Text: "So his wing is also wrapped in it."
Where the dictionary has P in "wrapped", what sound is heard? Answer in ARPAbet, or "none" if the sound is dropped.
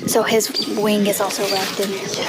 F